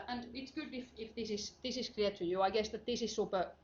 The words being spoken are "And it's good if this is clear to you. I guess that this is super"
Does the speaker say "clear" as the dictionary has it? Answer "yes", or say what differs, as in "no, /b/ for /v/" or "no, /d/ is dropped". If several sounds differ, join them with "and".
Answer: no, /l/ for /ɹ/